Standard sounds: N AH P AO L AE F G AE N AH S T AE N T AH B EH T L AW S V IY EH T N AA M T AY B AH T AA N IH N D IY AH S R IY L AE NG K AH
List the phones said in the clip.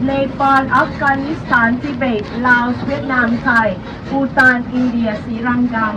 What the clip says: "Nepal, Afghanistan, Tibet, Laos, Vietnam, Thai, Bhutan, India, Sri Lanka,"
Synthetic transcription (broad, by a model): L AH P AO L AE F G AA N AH S T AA N T AH B EH T L AW S W IY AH T N AA M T AY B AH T AA N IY N D IY AH S IY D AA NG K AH